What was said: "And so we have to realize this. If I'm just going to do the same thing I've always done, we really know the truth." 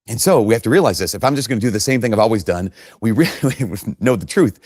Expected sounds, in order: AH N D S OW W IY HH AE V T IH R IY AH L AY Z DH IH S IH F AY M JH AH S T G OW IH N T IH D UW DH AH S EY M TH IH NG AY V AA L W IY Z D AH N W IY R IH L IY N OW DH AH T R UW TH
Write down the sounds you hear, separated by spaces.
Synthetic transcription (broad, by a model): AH N S OW W IY HH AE F T IH R IY AH L AY Z DH IH S IH F AY M JH AH S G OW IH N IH D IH DH AH S EY M TH IH NG AY V AA L W IY Z D AH N W IY R IH L IY N OW DH AH T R UW TH